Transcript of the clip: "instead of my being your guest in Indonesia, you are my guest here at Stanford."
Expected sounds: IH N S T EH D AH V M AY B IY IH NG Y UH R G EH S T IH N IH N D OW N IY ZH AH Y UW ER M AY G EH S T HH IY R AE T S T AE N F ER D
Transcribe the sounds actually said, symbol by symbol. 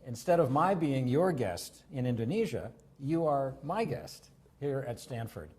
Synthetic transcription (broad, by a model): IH N S T EH D AH V M AY B IY IH NG Y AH R G EH S T IH N IH N D OW N IY ZH AH Y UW ER M AY G EH S T HH IY R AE T S T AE N F ER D